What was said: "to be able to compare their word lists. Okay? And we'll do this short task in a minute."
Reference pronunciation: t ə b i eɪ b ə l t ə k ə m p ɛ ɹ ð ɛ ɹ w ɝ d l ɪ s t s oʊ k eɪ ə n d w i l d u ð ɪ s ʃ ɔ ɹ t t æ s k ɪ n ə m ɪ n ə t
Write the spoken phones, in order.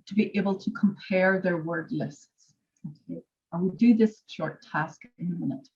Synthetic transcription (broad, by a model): t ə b i eɪ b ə l t ə k ə m p ɛ ɹ ð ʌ ɹ w ɝ d l ɪ s t s oʊ k eɪ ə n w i d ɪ ð ɪ s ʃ ɔ ɹ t t æ s k ɪ n ə m ɪ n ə t